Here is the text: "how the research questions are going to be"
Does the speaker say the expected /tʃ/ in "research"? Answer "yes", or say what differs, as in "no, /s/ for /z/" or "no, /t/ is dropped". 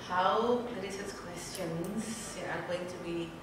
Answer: no, /s/ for /tʃ/